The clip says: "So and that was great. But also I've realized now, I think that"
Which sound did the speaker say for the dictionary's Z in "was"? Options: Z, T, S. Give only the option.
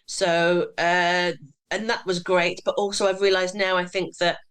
Z